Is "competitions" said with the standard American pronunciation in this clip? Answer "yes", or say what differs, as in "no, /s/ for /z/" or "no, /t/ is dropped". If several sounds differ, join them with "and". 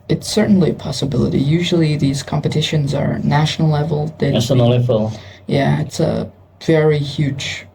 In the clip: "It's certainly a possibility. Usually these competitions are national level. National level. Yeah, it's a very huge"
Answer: yes